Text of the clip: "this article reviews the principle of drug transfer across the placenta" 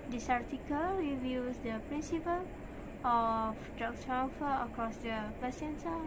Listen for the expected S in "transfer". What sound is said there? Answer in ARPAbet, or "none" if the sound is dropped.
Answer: none